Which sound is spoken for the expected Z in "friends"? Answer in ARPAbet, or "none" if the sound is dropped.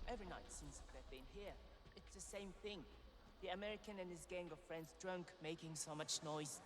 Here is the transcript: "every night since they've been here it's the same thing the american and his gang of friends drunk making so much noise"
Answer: Z